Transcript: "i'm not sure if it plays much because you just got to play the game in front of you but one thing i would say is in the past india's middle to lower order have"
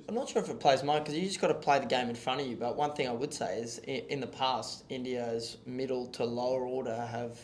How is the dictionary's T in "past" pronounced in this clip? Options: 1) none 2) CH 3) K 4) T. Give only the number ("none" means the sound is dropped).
4